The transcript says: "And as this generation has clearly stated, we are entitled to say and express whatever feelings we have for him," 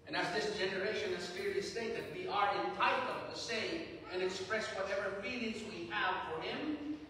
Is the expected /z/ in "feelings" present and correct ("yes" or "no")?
yes